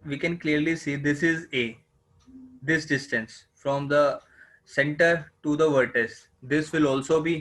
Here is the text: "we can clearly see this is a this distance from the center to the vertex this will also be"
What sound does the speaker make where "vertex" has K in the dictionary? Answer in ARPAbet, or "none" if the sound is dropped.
none